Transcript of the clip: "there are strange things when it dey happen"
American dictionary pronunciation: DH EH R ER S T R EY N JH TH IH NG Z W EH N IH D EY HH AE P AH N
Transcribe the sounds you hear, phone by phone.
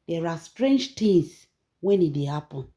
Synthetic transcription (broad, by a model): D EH R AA S T R EY N JH T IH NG S W EH N IH D EY HH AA P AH N